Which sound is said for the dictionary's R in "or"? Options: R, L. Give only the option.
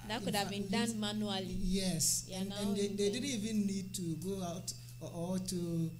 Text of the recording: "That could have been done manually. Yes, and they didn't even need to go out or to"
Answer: L